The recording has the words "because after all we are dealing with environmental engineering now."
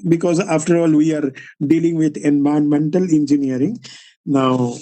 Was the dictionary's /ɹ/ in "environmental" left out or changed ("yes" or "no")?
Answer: yes